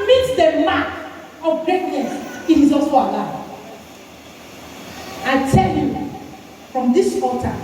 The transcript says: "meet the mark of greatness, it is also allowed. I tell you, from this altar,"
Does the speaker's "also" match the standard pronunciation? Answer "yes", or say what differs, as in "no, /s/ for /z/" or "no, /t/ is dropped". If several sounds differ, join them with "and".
no, /l/ is dropped